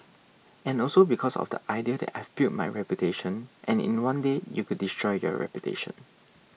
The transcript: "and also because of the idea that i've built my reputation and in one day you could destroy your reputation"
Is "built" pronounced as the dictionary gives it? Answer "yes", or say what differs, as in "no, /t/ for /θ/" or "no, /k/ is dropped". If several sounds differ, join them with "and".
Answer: no, /l/ is dropped